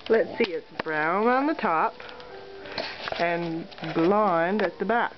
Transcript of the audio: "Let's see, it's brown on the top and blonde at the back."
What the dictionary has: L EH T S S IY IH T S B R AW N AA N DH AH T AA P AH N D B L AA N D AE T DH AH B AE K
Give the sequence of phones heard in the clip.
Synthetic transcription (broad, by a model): L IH T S S IY IH T S B R AW N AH N DH AH T AA P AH N B L AA N D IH T DH AH B AE K